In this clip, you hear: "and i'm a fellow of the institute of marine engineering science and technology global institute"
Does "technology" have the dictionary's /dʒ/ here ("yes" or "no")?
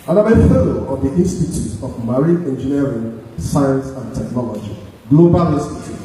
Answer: yes